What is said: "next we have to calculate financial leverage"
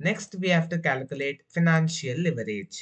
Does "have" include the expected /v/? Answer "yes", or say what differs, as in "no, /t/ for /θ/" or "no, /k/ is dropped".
no, /f/ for /v/